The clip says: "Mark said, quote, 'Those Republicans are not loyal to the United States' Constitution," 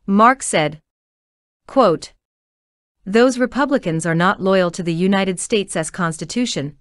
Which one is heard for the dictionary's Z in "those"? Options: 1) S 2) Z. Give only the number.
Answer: 2